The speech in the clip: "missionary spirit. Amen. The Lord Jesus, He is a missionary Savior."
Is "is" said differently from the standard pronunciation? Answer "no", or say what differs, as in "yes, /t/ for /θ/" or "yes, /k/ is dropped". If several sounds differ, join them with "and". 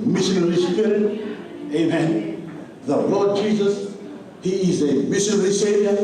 no